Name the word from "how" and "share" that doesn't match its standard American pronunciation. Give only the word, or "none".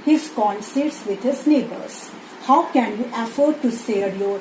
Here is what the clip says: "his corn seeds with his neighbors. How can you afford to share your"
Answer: share